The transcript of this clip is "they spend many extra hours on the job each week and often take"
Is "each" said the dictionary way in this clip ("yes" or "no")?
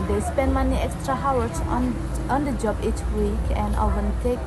yes